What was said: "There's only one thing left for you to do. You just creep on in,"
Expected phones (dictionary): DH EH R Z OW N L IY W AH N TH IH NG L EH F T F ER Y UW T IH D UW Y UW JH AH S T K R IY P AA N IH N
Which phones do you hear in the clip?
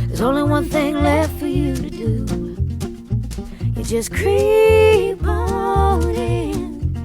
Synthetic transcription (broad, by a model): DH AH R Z OW N L IY W AH N TH IH NG L EH F T F ER Y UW T IH D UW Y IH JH AH S K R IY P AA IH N